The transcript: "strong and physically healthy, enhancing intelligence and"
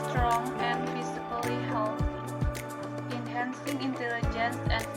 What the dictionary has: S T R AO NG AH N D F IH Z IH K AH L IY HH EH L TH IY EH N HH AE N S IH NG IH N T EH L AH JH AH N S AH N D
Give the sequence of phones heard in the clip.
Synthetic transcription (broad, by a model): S T R AO NG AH N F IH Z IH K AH L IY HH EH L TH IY N HH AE N S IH NG IH N T EH L AH JH AH N S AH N